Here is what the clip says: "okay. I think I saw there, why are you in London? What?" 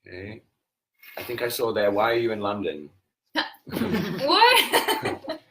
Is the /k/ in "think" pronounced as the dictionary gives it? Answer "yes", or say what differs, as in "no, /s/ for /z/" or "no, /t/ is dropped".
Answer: yes